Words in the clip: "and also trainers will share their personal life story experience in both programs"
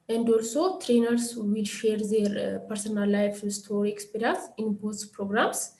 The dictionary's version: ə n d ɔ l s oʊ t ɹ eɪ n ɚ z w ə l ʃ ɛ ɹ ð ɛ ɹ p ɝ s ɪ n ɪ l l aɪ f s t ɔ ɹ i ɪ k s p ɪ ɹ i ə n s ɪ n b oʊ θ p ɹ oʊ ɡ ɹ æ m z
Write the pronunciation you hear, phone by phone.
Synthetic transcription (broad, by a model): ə n d ɔ l s oʊ t ɹ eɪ n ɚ s w ə l ʃ ɛ ɹ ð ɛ ɹ p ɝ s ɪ n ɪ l l aɪ f s t ɔ ɹ i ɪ k s p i ɹ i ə n s ɪ n b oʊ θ p ɹ oʊ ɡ ɹ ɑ m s